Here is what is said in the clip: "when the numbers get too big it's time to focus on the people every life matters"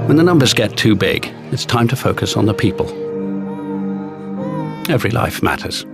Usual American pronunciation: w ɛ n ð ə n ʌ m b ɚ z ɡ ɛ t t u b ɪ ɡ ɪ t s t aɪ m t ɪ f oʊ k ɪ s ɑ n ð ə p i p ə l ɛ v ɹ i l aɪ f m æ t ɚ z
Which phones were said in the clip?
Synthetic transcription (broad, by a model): w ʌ n ð ə n ʌ m b ɚ z ɡ ɛ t t u b ɪ ɡ ɪ t s t aɪ m t ɪ f oʊ k ɪ s n ð ə p i p ə l ɛ v ɹ i l aɪ f m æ t ɚ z